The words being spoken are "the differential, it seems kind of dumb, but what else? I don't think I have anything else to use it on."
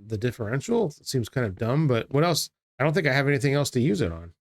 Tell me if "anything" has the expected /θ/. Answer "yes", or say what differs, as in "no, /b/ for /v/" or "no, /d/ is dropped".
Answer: yes